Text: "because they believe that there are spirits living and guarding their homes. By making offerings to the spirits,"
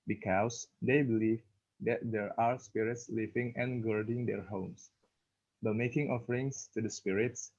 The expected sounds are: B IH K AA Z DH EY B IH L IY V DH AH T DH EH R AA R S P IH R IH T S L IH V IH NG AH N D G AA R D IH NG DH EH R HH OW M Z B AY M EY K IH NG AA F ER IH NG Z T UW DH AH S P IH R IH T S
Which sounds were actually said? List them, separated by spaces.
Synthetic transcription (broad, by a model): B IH K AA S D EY B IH L IY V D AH T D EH R AA R S P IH R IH T S L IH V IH NG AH N G AA R D IH NG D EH R HH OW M S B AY M EY K IH NG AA F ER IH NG S T UW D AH S P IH R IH T S